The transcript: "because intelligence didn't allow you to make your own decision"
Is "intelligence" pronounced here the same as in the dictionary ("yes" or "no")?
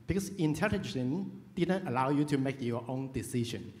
no